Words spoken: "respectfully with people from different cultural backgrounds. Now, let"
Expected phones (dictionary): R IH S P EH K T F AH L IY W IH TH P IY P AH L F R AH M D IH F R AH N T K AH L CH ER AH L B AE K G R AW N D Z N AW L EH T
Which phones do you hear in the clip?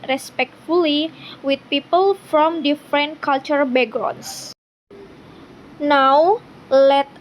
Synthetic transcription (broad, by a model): R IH S P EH K T F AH L IY W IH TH P IY P AH L F R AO M D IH F R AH N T K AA L CH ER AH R B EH G R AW N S N AW L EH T